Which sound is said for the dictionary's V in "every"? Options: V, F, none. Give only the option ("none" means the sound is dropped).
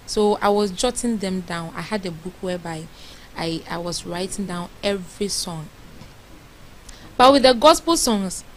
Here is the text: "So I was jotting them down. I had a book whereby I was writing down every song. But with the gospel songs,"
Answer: V